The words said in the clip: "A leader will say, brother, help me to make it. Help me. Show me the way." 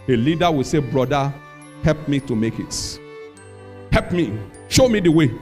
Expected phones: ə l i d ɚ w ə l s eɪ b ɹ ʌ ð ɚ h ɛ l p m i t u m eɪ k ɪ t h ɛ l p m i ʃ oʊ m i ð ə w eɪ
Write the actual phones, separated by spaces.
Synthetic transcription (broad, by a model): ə l i d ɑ w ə s eɪ b ɹ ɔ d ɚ h ɛ l p m i t u m eɪ k ɪ t h ɛ l p m i ʃ oʊ m i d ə w eɪ